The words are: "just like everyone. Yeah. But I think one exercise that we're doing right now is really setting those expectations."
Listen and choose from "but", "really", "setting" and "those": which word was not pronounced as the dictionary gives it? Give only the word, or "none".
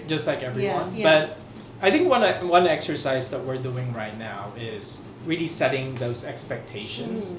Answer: none